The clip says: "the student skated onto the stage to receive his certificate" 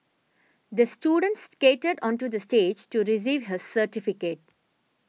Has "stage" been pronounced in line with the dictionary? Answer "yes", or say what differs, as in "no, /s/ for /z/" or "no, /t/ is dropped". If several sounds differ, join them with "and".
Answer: yes